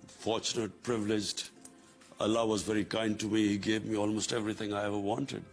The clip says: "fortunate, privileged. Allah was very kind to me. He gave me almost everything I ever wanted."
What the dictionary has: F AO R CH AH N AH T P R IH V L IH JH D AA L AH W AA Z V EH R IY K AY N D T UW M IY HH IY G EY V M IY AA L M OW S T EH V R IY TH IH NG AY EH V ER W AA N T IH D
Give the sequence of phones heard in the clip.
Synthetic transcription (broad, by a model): F AO R CH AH N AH T P R IH V L IH JH D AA L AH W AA Z V EH R IY K AY N D T UW M IY HH IY G EY V M IY AA L M OW S T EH V R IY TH IH NG AY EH V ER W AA N T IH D